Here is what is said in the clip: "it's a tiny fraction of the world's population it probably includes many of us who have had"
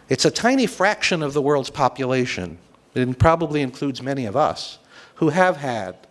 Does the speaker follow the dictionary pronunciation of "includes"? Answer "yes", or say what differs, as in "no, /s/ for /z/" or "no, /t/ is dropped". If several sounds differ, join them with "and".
yes